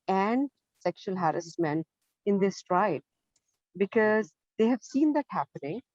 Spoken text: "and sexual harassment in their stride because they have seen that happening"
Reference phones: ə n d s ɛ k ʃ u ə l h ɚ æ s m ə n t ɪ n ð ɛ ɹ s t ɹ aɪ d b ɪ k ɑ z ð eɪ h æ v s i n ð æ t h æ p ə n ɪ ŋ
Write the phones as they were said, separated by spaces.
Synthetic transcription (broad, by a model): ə n d s ɛ k ʃ u ə l h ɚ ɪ s m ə n ɪ n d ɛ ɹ s t ɹ aɪ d b ɪ k ɑ z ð eɪ h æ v s i n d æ t h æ p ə n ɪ ŋ